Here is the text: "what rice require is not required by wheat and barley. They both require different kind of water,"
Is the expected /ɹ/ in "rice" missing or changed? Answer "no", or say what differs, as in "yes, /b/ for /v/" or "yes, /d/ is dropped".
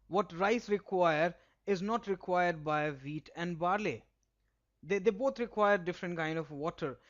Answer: no